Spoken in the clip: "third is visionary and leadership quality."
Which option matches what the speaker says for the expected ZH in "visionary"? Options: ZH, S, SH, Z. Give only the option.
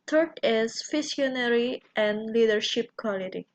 S